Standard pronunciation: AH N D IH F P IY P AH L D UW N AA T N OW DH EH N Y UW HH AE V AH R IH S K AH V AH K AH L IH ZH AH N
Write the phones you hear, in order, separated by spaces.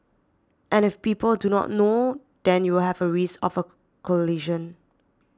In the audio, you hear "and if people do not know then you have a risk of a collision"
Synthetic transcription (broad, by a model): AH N IH F P IY P AH L D UW N AA T N OW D EH N Y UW HH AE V AH R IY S AH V AH K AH L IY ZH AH N